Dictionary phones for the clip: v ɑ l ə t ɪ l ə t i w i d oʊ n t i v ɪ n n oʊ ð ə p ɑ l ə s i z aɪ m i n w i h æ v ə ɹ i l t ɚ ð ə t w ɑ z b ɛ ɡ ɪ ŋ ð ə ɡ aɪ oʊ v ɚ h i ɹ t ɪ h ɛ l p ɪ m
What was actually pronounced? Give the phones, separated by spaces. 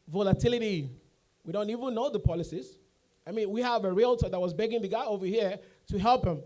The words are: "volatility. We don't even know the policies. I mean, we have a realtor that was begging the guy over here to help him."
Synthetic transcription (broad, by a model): v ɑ l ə t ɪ l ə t i w i d oʊ n t i v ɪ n n oʊ ð ə p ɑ l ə s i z aɪ m i n w i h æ v ə ɹ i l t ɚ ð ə t w ɑ z b ɛ ɡ ɪ ŋ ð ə ɡ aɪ oʊ v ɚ h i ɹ t ɪ h ɛ l p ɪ m